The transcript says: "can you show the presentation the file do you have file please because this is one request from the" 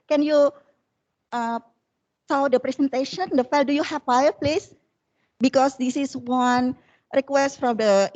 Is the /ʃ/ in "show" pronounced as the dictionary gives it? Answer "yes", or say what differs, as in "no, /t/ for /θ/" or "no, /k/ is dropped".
no, /s/ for /ʃ/